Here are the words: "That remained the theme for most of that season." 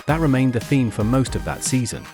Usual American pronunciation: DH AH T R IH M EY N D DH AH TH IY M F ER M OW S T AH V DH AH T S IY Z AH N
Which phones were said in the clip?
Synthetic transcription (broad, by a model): DH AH T R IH M EY N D DH AH TH IY M F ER M OW S T AH V DH AH T S IY Z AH N